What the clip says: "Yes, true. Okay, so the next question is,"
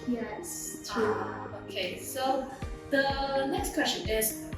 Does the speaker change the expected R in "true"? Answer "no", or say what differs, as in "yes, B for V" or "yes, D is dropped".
yes, R is dropped